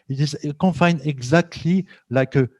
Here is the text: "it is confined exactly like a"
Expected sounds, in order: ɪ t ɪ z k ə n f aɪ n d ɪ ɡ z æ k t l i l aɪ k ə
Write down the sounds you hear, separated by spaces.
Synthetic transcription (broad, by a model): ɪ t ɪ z k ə f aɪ n ɪ ɡ z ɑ k t l i l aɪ k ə